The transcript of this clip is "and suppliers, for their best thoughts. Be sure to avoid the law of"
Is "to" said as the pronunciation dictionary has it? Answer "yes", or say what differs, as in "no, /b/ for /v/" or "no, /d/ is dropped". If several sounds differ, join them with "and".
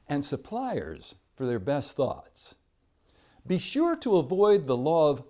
yes